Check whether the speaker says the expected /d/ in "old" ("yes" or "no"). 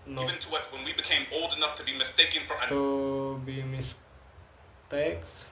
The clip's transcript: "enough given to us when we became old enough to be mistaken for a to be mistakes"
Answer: yes